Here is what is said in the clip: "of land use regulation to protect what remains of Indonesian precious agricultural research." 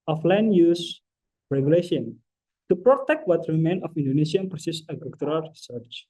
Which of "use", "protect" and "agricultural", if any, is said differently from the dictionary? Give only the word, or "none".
agricultural